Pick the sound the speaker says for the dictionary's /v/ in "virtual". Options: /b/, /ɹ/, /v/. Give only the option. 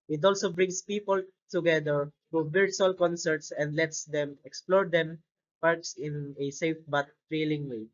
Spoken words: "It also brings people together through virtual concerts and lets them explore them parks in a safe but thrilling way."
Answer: /b/